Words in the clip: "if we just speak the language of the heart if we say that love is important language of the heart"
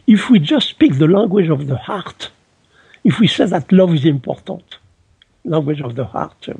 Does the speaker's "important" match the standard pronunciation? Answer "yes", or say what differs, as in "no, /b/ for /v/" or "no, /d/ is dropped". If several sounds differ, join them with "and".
no, /n/ is dropped